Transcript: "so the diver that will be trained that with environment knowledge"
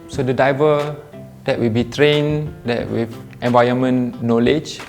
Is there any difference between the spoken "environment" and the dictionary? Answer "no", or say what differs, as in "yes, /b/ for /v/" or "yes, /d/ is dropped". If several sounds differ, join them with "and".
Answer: yes, /ɹ/ is dropped and /n/ is dropped